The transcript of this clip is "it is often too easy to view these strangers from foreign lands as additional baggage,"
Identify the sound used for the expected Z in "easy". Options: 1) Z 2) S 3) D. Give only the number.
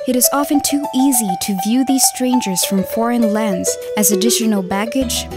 1